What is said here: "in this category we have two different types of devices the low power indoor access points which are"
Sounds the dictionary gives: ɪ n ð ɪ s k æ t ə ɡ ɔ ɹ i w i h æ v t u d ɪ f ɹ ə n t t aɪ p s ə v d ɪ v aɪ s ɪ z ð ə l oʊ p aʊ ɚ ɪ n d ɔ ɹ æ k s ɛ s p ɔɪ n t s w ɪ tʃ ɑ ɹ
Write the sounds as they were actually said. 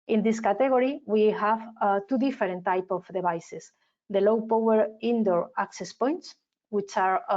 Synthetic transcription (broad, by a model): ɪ n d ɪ s k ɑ t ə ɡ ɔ ɹ i w i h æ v t u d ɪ f ɹ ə n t t aɪ p ə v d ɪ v aɪ s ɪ s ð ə l oʊ p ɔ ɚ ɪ n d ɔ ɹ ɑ k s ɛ s p ɔɪ n t s w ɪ tʃ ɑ ɹ